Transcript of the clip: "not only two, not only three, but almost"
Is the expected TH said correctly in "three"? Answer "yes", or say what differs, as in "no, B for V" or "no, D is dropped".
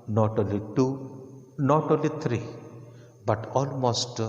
no, T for TH